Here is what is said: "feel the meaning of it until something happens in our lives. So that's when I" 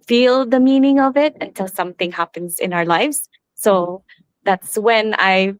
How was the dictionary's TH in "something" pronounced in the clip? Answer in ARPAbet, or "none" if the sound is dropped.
TH